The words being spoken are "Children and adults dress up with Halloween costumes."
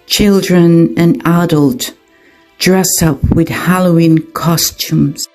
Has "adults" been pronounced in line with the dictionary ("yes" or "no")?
no